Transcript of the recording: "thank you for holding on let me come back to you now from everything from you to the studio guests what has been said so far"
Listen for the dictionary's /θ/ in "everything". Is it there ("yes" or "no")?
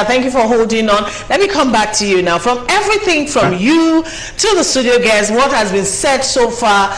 yes